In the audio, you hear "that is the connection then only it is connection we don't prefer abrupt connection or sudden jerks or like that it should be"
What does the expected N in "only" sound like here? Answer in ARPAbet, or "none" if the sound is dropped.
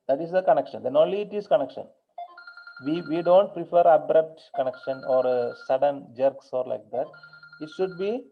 none